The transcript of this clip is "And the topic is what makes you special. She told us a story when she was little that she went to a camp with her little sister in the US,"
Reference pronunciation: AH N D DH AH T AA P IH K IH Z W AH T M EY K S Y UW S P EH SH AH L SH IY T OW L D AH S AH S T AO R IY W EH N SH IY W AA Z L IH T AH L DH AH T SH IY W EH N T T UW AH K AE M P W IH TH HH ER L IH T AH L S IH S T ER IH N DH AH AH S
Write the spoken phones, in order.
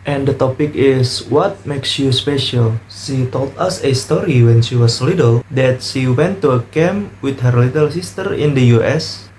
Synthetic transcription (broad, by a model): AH N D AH T AA P IH K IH S W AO T M EY K S Y UW S P EH SH AH L SH IY T OW L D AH S AH S T AO R IY W EH N SH IY W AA S L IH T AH L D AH T SH IY W EH N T T UW AH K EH M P W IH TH HH ER L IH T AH L S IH S T ER IH N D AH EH S